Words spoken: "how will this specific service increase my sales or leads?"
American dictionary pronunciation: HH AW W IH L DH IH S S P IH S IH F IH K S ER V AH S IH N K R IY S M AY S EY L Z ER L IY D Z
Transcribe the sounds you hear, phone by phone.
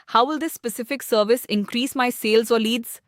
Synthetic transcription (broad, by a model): HH AW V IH L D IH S S P IH S IH F IH K S ER V AH S IH N K R IY S M AY S EY L Z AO L IY D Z